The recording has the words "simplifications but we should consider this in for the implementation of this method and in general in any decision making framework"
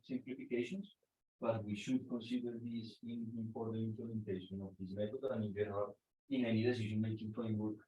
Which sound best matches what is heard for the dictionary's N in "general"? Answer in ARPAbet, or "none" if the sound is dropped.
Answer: none